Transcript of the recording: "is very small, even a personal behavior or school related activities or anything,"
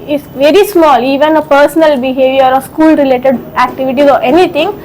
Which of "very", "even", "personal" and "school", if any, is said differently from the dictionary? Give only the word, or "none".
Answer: none